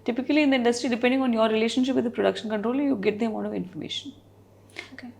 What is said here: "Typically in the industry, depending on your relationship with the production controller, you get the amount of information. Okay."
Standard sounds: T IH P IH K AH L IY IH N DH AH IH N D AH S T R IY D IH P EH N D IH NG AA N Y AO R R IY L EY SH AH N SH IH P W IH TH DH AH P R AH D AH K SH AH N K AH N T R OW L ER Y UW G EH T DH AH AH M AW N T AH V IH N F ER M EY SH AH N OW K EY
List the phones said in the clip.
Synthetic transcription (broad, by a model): T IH P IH K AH L IY IH N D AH IH N D AH S T R IY D IH P EH N D IH NG AA N Y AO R R IY L EY SH AH N SH IH P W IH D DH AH P R AH D AH K SH AH N K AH N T R OW L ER Y UW G EH T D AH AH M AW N AH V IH N F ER M EY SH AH N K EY